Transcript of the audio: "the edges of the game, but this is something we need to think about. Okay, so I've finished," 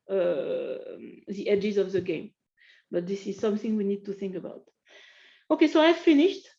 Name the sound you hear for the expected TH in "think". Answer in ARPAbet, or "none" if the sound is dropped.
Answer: TH